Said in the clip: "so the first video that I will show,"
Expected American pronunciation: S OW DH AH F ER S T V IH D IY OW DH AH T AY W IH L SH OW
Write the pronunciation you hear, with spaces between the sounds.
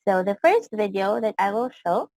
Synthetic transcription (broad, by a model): S OW DH AH F ER S T V IH D IY OW DH AH T AY W IH L SH OW